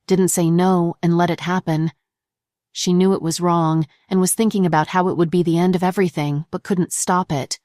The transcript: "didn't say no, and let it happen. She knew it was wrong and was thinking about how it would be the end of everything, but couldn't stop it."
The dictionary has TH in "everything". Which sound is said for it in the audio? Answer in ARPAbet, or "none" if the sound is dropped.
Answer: TH